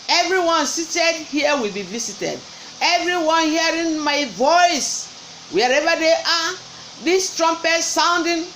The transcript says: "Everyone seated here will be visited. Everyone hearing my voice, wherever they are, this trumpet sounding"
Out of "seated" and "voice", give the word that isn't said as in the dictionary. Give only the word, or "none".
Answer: none